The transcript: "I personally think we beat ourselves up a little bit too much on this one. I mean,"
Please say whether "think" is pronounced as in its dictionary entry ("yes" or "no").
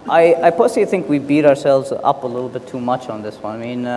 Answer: yes